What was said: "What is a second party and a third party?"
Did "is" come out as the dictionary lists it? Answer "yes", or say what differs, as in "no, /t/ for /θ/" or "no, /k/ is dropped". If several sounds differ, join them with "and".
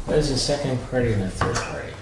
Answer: yes